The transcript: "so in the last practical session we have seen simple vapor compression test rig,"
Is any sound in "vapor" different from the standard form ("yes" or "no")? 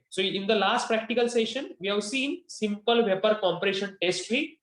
no